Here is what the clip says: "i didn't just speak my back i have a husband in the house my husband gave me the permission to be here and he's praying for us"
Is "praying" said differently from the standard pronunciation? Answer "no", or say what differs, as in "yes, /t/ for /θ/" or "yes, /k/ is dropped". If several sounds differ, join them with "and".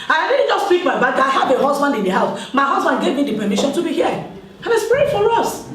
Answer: yes, /ɹ/ is dropped